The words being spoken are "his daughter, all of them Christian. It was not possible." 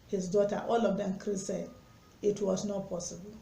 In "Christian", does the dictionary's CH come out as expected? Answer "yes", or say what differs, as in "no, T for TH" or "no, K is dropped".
no, CH is dropped